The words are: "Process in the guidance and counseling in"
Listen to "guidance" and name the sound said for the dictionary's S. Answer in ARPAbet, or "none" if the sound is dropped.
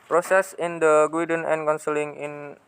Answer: none